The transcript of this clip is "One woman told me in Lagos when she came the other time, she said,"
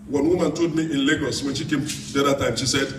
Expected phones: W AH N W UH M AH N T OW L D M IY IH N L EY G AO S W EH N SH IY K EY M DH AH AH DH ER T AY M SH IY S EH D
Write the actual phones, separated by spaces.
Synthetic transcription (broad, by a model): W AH N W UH M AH N T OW D M IY IH N L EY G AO S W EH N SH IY K EY M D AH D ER T AY M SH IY S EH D